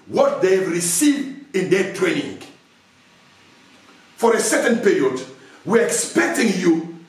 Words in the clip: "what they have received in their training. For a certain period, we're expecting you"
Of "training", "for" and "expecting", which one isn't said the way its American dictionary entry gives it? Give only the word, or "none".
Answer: none